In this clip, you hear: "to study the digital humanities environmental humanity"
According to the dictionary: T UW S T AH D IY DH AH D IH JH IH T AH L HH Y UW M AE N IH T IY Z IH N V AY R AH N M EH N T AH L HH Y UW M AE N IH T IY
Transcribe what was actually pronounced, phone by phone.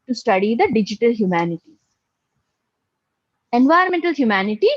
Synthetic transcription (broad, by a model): T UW S T AH D IY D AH D IH JH IH T AH L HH Y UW M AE N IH T IY IH N V AY AH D M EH N T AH L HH Y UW M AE N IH T IY